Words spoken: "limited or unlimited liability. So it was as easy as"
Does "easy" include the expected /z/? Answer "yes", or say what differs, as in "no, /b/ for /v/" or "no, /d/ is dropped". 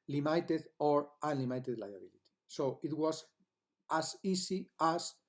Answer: no, /s/ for /z/